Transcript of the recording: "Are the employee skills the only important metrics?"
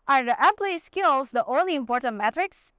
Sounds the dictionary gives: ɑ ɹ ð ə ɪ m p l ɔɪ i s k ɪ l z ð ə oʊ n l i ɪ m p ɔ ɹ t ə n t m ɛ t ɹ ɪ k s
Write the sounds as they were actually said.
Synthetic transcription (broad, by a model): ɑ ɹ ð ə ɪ p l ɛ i s k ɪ l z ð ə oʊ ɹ l i ɪ m p ɔ ɹ t ə n t m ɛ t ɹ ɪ k s